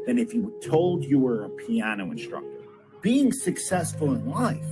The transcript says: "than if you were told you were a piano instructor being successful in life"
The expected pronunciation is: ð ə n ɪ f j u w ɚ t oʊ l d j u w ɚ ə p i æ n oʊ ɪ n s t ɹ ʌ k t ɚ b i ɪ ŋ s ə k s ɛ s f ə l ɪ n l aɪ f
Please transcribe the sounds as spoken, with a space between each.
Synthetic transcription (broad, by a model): ð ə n ɪ f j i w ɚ t oʊ l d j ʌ w ɚ ə p i æ n oʊ ɪ n s t ɹ ʌ k t ɚ b i ɪ ŋ s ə k s ɛ s f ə l ɪ n l aɪ f